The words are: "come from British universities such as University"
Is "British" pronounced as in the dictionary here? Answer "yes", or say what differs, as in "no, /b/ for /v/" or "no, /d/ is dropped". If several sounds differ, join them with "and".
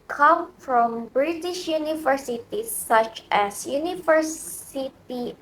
yes